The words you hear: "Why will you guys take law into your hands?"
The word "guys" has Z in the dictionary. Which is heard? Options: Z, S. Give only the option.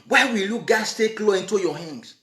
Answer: S